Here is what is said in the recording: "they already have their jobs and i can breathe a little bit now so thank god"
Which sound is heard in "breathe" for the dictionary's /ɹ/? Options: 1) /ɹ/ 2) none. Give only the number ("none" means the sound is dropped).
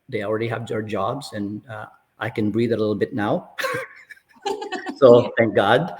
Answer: 1